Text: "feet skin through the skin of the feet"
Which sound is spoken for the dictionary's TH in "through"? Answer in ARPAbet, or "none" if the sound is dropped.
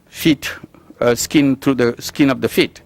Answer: T